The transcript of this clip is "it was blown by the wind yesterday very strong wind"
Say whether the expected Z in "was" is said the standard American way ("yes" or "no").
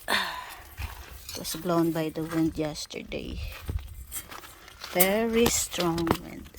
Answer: no